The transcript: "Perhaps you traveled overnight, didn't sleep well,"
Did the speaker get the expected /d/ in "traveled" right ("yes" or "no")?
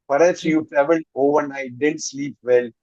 no